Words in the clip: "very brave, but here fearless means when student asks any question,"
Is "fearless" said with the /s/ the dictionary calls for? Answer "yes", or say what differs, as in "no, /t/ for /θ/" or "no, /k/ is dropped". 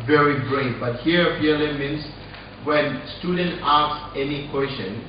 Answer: no, /s/ is dropped